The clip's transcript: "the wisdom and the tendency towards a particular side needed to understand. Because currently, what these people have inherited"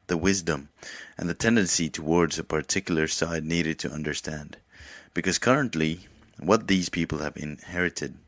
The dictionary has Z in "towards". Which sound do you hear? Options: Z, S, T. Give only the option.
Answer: Z